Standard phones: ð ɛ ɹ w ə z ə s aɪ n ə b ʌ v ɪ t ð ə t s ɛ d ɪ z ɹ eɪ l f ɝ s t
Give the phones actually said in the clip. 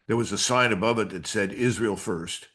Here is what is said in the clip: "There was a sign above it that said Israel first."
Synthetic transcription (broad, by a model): ð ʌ ɹ w ə z ə s aɪ n ə b ʌ v ɪ t ð ə t s ɛ d ɪ z ɹ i l f ɝ s t